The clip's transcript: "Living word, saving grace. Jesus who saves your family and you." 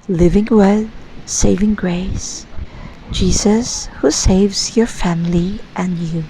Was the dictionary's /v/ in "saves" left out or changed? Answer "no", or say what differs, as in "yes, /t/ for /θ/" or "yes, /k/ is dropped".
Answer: no